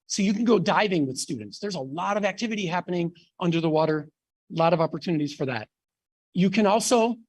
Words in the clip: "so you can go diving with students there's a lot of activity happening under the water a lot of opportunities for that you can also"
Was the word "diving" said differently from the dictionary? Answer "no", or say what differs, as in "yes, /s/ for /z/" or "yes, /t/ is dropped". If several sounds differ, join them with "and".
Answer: no